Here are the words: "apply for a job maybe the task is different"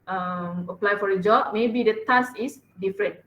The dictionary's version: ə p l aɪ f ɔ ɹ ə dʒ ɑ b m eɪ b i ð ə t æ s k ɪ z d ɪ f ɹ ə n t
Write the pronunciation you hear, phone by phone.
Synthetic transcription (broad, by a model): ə p l aɪ f ɔ ɹ ə dʒ ɑ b m eɪ b i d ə t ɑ s ɪ s d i f ɹ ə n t